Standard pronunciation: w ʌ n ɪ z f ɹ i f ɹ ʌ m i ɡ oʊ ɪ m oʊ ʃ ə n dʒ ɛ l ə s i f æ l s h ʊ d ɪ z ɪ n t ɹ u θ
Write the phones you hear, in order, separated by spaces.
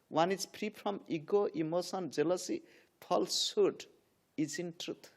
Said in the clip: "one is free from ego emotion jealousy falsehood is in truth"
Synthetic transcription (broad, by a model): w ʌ n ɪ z p ɹ i p ɹ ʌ m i ɡ oʊ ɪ m oʊ s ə n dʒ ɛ l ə s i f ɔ l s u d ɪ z ɪ n t ɹ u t